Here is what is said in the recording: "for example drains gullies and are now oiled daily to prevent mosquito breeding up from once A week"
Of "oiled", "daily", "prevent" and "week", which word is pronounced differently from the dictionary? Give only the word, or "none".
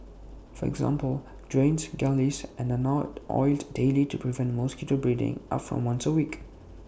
none